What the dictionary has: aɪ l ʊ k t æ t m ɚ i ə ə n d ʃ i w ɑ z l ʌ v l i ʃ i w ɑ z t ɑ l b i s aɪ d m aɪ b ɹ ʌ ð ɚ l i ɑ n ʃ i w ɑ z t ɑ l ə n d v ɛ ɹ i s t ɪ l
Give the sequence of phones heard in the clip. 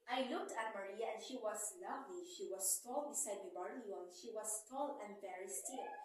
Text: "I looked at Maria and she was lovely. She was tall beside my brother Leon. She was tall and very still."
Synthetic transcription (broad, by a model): aɪ l ʊ k t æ t m ɚ i ə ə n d ʃ i w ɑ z l ʌ v l i ʃ i w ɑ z t ɑ l b i s aɪ d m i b ʌ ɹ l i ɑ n ʃ i w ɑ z t ɑ l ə n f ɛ ɹ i s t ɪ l